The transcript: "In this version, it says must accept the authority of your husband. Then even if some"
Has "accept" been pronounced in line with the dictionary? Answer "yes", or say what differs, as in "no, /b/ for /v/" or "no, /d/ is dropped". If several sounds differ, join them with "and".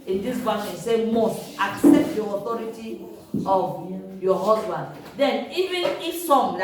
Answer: yes